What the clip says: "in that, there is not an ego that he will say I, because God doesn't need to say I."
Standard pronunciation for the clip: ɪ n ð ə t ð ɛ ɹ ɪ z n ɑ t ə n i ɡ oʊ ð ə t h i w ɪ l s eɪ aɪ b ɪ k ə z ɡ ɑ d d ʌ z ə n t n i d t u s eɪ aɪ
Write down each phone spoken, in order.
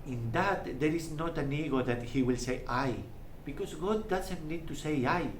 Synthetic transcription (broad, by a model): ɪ n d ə t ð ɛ ɹ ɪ s n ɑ t ə n i ɡ oʊ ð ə t h i w ɪ l s eɪ aɪ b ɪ k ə s ɡ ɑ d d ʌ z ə n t n i d t u s eɪ aɪ